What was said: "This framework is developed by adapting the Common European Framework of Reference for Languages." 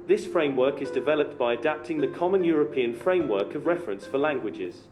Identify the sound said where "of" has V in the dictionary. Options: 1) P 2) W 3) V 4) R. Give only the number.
3